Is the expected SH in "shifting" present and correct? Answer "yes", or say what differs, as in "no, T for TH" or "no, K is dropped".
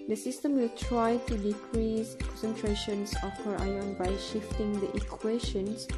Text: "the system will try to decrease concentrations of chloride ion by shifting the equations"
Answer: yes